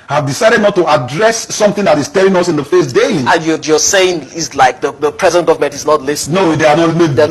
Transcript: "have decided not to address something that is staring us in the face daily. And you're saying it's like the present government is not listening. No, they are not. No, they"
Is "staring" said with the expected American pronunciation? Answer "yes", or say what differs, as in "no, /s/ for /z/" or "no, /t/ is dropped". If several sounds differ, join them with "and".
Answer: no, /l/ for /ɹ/